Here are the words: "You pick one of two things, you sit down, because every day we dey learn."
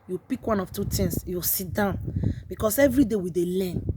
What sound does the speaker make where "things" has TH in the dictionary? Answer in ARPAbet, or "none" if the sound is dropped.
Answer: T